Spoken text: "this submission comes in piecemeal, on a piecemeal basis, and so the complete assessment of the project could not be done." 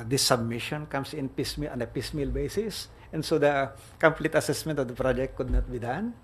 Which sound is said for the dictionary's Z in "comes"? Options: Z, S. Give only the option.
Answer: S